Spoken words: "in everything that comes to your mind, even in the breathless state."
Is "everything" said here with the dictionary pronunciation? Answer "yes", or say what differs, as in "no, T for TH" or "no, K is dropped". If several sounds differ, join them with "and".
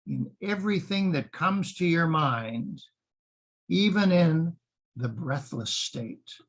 yes